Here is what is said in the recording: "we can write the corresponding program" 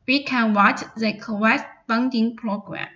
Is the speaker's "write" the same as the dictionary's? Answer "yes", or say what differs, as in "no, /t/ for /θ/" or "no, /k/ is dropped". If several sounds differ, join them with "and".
no, /w/ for /ɹ/